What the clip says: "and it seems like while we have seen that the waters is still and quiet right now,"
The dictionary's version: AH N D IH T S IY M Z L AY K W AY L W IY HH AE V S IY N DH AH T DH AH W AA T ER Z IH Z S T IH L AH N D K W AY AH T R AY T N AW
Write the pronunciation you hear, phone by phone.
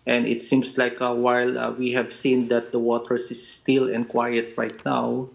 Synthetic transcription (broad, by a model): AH N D IH T S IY M S L AY K W AY L W IY HH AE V S IY N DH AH T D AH W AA T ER S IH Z S T IH L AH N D K W AY AH T R AY T N AW